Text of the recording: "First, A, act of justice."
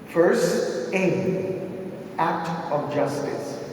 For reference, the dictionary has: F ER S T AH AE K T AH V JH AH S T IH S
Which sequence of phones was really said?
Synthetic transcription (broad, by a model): F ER S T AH AE K T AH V JH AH S T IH S